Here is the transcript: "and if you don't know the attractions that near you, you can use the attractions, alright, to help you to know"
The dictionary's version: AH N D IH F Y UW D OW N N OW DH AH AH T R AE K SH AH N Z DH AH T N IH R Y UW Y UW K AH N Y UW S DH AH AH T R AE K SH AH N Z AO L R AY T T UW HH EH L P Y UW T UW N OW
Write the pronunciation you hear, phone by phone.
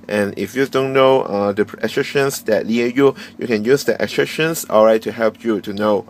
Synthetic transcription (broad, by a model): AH N IH F Y UW D OW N N OW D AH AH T R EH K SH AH N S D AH T L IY Y UW Y UW K AH N Y UW S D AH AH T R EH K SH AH N S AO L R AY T T UW HH EH L P Y UW T UW N OW